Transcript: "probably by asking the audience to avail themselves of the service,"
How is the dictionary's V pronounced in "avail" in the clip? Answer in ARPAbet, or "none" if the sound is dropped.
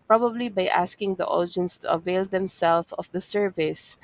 V